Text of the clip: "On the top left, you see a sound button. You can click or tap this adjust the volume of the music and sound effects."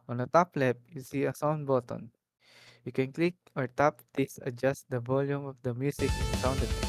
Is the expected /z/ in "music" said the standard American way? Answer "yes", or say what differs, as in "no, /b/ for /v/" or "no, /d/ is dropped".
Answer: no, /s/ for /z/